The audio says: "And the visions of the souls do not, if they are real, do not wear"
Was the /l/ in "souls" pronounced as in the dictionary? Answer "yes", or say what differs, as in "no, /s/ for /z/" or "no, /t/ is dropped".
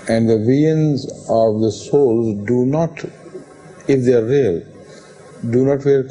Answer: yes